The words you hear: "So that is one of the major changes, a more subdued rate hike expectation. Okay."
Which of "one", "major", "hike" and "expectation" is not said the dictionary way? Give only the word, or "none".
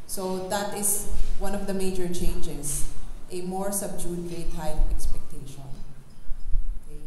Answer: hike